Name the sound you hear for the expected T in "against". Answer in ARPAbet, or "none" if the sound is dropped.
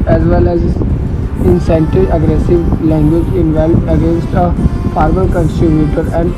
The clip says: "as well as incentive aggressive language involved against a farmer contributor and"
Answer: T